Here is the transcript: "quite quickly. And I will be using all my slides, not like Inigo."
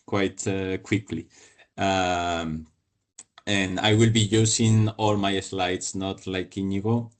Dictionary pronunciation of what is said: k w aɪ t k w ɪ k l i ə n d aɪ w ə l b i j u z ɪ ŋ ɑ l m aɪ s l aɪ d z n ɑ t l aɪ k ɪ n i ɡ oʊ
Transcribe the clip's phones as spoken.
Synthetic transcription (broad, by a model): k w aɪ t k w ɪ k l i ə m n aɪ w ə l b i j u s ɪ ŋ ɑ l m aɪ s l aɪ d s n ɑ t l aɪ k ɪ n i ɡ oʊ